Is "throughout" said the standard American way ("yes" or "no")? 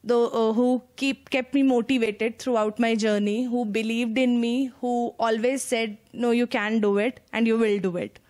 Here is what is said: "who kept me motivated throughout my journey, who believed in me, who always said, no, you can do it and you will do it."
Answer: no